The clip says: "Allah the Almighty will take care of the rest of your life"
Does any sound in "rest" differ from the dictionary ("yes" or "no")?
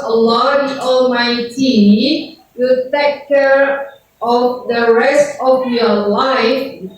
no